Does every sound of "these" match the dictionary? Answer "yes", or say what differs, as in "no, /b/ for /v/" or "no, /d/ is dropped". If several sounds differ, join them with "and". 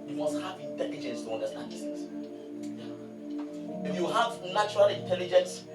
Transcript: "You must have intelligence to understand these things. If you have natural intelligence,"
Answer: no, /z/ is dropped